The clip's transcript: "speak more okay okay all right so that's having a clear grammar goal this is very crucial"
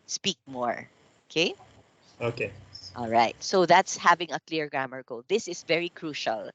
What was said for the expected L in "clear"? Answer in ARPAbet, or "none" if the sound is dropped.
L